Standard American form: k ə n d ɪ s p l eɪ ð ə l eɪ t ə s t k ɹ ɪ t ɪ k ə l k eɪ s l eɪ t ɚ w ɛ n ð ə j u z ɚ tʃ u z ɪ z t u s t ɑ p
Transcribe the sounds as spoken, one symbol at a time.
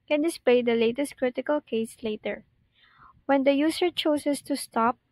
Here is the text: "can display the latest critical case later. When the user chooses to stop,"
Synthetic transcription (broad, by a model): k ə n d ɪ s p l eɪ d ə l eɪ t ə s t k ɹ ɪ t ɪ k ə l k eɪ s l eɪ t ɚ w ɛ n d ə j u s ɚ tʃ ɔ s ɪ s t u s t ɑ p